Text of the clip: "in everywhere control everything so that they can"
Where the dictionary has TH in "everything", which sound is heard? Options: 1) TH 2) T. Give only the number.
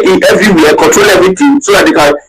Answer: 2